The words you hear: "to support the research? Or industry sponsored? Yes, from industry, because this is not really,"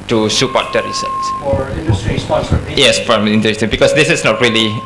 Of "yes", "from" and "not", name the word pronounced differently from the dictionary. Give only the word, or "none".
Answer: from